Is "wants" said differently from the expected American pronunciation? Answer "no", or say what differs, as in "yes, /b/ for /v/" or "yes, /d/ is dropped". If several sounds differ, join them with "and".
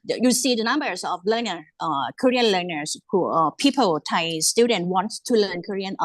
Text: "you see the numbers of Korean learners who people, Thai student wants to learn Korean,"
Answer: yes, /s/ is dropped